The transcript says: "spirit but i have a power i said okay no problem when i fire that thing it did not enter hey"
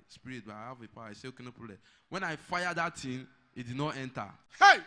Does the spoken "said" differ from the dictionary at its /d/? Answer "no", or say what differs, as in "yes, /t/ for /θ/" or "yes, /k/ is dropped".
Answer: yes, /d/ is dropped